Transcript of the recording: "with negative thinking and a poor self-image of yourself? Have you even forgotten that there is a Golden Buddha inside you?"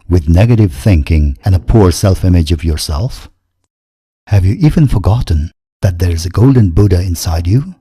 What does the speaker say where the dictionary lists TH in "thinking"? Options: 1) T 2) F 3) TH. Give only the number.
3